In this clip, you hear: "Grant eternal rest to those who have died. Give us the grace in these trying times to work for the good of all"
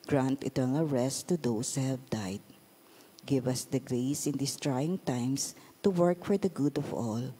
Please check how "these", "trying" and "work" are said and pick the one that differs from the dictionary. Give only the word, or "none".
these